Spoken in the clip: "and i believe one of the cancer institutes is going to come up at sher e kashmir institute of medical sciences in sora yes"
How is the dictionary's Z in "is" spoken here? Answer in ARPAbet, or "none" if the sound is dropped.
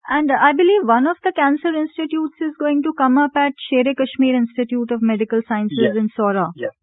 Z